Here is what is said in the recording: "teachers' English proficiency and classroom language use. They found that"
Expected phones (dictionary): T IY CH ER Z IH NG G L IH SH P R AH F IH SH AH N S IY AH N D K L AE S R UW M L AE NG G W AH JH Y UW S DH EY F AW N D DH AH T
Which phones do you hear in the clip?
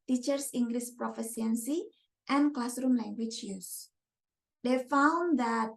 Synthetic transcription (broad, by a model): T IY CH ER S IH NG G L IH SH P R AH F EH S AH N S IY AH N K L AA S R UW M L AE NG G W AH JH Y UW S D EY F AW N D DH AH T